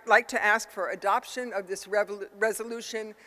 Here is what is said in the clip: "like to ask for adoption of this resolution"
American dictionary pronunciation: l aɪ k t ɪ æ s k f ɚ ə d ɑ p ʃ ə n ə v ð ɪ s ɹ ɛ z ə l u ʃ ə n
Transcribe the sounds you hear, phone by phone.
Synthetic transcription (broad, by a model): l aɪ k t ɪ æ s k f ɚ ə d ɑ p ʃ ə n ə v ð ɪ s ɹ ɛ z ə l u ʃ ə n